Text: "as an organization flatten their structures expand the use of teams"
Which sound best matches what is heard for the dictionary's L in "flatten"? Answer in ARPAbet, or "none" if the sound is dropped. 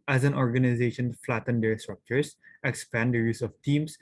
L